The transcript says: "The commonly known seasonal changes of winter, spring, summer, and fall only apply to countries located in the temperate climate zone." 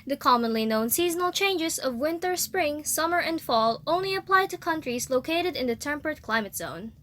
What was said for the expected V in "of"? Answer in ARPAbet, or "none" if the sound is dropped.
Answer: V